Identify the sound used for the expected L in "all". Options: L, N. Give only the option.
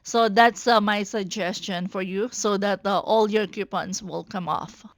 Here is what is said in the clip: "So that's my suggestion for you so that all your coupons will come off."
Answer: L